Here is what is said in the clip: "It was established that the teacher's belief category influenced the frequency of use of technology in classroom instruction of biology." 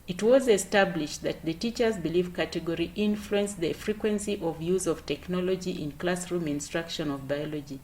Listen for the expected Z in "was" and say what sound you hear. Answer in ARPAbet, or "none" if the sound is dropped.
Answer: Z